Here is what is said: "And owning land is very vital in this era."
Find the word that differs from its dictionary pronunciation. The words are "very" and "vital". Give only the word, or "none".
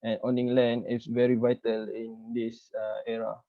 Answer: none